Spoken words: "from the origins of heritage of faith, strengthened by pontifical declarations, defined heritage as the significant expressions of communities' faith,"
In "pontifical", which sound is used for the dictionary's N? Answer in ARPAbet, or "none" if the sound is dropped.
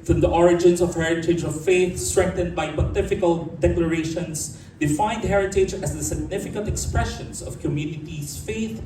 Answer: none